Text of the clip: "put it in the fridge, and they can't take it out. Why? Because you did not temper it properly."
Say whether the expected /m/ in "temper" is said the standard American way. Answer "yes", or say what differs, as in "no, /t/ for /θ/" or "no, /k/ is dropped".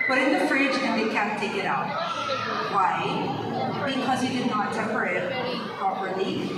no, /m/ is dropped